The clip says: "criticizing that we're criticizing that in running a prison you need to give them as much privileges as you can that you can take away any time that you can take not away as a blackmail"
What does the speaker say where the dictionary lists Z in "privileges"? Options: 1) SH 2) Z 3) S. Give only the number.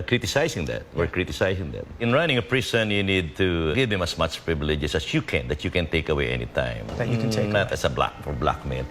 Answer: 3